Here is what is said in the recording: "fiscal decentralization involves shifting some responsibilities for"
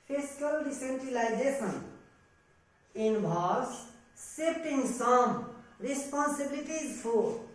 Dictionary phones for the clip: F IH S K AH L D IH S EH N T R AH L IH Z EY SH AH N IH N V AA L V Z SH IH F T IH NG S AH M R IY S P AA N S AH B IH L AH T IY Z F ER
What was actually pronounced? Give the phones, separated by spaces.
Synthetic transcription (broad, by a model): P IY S K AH L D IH S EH N T R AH L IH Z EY S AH N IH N B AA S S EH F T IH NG S AH M R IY S P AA N S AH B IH L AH T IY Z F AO